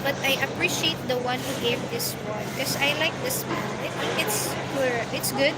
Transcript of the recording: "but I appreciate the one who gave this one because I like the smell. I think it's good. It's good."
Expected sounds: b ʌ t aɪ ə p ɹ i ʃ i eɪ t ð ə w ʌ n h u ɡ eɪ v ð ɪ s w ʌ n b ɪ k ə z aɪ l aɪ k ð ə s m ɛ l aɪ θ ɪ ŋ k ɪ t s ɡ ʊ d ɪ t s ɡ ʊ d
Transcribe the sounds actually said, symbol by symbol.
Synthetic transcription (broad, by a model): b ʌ t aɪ ə p ɹ i ʃ i eɪ t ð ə w ʌ n h u ɡ eɪ v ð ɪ s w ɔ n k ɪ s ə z aɪ l aɪ k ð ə s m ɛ n aɪ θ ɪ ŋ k ɪ t s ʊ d ɪ t s ɡ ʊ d